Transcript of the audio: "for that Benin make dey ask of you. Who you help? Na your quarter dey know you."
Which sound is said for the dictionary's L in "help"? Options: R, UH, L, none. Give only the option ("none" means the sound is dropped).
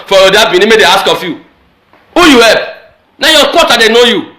none